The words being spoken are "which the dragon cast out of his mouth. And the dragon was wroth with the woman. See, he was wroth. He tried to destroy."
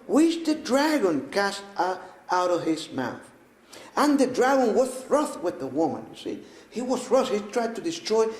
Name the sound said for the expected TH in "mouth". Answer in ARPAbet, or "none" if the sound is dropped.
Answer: TH